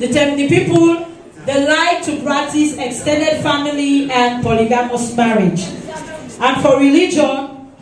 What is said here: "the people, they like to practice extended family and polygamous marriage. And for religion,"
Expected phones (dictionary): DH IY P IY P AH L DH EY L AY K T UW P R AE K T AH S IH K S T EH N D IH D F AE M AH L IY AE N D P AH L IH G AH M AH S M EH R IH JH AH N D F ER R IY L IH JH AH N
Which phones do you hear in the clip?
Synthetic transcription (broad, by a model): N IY P IY P AH L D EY L AY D T UW B R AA T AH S IH K S T EH N D IH D F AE M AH L IY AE N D P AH L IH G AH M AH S M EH R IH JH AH N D F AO R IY L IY JH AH N